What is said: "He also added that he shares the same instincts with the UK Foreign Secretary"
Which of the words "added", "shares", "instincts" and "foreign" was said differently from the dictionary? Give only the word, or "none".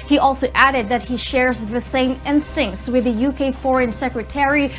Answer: none